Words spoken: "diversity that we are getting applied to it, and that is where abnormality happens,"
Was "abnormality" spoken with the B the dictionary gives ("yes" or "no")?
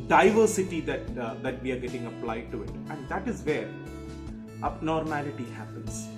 no